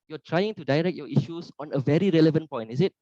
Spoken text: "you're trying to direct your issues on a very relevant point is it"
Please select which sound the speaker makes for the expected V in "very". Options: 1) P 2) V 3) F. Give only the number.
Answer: 2